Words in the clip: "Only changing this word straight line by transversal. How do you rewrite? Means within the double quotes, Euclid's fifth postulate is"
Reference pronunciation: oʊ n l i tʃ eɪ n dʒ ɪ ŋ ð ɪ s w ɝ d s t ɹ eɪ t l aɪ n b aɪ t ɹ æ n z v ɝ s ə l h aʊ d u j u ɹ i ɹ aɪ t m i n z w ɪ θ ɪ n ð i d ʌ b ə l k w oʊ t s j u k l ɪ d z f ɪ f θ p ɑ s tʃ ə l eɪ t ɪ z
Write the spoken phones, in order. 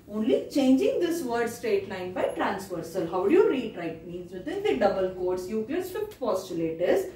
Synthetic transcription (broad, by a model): oʊ n l i tʃ eɪ n dʒ ɪ ŋ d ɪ s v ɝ d s t ɹ eɪ t l aɪ n b aɪ t ɹ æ n s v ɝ s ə l h aʊ d u j u ɹ i ɹ aɪ t m i n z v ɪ t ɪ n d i d ʌ b ə l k oʊ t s j u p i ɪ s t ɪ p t p ɑ s tʃ ə l eɪ t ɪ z